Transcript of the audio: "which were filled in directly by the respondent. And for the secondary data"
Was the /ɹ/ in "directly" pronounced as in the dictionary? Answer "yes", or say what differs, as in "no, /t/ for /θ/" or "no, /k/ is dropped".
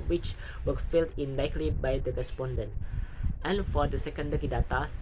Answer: no, /ɹ/ is dropped